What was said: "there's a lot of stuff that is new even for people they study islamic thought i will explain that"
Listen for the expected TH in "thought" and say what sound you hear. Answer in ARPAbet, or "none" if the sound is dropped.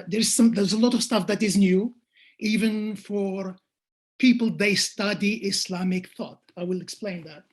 TH